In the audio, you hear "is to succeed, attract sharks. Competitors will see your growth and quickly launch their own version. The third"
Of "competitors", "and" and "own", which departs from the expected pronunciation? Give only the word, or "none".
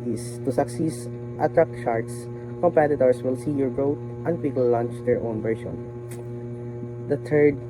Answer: competitors